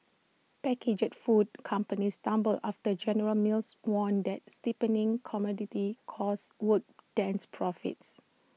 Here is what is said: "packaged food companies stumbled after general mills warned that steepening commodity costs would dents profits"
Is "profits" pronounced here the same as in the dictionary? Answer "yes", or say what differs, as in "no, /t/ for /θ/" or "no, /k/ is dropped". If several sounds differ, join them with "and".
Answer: yes